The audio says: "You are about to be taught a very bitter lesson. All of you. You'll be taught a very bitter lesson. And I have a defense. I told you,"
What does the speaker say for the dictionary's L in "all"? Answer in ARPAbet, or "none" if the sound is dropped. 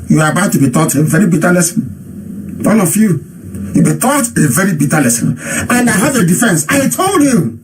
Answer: N